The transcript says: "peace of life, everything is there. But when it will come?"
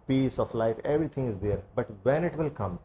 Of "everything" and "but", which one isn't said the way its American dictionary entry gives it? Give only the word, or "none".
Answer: everything